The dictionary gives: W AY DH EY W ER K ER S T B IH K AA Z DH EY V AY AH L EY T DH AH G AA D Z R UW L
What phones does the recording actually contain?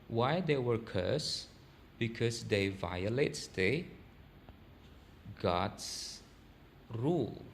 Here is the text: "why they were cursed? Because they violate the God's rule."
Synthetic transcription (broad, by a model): W AY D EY W ER K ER S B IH K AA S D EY V AY AH L EY T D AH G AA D S R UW L